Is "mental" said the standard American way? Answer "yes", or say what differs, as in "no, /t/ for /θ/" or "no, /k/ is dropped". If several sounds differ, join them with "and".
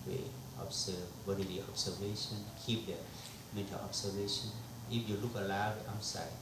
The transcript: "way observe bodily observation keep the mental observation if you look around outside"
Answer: no, /n/ is dropped